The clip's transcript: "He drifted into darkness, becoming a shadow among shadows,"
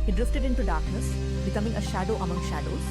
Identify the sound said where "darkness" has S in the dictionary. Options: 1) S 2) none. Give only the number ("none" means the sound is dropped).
1